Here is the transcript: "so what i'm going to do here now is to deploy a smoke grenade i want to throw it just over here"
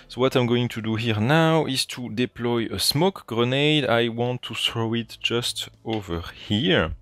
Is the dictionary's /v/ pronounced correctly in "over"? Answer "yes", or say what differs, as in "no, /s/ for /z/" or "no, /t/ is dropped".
yes